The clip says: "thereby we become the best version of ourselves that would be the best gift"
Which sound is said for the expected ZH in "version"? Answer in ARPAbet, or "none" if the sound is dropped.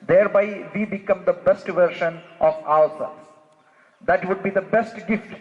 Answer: SH